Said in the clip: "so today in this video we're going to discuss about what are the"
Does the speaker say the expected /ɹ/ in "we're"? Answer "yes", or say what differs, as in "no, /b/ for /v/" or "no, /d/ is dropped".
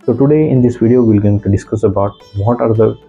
no, /l/ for /ɹ/